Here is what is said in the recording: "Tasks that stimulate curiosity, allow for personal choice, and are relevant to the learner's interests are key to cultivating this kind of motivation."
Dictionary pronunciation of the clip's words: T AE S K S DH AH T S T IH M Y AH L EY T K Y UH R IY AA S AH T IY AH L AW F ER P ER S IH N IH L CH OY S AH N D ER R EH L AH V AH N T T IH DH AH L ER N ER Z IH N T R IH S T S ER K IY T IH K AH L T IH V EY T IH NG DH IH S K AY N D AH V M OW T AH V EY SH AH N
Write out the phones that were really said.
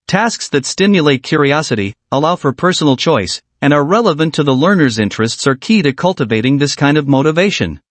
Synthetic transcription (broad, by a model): T AE S K S DH AH T S T IH M Y AH L EY T K Y UH R IY AA S AH T IY AH L AW F ER P ER S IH N L CH OY S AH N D ER R EH L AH V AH N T T IH DH AH L ER N ER Z IH N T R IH S T S ER K IY T IH K AH L T IH V EY T IH NG DH IH S K AY N D AH V M OW T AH V EY SH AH N